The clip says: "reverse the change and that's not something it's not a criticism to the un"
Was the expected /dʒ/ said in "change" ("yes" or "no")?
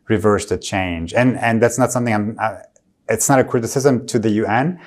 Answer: yes